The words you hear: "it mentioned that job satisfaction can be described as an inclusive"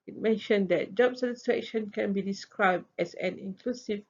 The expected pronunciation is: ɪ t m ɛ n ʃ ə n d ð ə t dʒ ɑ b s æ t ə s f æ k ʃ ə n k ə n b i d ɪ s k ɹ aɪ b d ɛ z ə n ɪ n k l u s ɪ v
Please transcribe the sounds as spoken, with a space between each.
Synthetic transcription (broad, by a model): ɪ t m ɛ n ʃ ə n d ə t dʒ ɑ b s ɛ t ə s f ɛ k ʃ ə n k ə n b i d ɪ s k ɹ aɪ b d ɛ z ə n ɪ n k l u s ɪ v